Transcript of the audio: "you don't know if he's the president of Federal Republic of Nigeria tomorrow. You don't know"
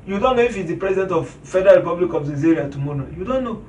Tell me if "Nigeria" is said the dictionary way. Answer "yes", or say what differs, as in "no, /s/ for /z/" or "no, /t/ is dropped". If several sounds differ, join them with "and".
no, /z/ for /dʒ/